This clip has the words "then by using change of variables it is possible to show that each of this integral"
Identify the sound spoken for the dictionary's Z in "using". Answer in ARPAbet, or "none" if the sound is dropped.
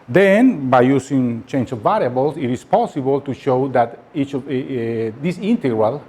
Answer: S